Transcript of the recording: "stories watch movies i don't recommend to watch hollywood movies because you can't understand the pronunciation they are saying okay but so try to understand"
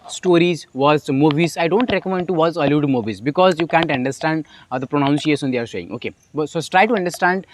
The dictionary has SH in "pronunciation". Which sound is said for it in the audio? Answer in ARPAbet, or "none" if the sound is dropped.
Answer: S